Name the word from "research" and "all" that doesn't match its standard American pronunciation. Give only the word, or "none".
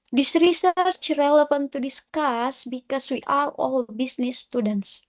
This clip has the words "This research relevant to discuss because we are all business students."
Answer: none